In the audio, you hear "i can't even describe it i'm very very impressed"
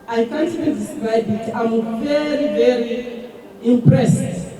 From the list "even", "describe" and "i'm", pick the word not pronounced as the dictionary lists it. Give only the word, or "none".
even